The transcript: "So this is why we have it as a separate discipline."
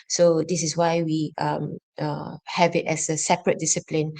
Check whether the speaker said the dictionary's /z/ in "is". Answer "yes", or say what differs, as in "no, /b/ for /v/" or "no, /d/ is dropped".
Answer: no, /s/ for /z/